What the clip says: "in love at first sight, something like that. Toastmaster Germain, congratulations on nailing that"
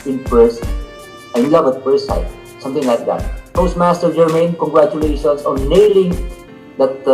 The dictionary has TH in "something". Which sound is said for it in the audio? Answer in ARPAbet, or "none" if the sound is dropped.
T